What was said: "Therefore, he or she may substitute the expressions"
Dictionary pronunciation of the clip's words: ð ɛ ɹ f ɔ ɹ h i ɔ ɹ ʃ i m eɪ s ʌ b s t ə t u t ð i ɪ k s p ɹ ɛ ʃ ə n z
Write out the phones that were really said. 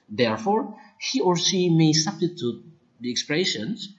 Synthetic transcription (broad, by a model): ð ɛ ɹ f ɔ ɹ h i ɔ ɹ s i m eɪ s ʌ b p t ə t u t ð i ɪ k s p ɹ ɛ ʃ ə n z